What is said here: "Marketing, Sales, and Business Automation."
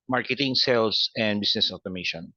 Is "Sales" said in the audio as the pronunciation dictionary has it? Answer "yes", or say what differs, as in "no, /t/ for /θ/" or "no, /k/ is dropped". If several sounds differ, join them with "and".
no, /s/ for /z/